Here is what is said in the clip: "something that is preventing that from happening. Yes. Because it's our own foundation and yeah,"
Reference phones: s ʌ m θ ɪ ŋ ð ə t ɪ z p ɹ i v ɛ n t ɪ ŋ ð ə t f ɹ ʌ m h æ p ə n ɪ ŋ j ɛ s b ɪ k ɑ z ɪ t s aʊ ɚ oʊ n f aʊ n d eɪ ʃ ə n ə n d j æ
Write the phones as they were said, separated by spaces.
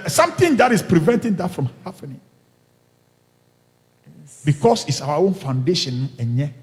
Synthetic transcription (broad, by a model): s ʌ m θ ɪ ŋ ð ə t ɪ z p ɹ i v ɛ n t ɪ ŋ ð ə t f ɹ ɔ m h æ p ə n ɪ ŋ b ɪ k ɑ s ɪ t s aʊ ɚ oʊ n f aʊ n d eɪ ʃ ə n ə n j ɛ